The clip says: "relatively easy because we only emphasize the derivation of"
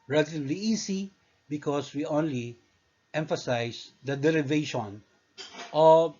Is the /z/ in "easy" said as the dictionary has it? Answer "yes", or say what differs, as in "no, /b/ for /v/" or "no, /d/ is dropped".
no, /s/ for /z/